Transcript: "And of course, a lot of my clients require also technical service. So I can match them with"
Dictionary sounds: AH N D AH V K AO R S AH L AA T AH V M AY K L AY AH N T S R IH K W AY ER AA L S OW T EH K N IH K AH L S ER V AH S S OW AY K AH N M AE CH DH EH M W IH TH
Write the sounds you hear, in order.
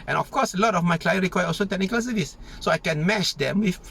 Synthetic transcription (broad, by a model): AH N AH F K AO S AH L AA T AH F M AY K L AY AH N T R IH K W AY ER AA L S OW T EH K N IH K AH L S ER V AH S S OW AY K AH N M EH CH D EH M W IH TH